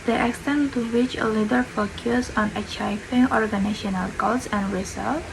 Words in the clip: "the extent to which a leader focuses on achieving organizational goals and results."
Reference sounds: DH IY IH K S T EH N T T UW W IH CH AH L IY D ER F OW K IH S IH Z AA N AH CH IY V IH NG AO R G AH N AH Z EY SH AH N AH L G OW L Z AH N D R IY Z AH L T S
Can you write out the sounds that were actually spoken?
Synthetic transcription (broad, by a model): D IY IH K S T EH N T T UW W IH CH AH L IY D ER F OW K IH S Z AA N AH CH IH F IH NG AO R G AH N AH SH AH N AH L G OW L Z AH N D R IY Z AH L